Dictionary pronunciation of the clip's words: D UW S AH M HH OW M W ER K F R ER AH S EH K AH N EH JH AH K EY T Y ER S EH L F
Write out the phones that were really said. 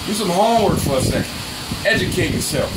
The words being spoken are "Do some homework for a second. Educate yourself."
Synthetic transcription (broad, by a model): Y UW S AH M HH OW W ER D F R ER AH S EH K EH JH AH K EY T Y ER S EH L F